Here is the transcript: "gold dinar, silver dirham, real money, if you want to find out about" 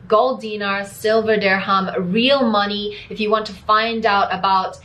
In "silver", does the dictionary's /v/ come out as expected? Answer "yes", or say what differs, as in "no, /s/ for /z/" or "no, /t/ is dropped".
yes